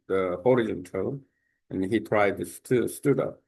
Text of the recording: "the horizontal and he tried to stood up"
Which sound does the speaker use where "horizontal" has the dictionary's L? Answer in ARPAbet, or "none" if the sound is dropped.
N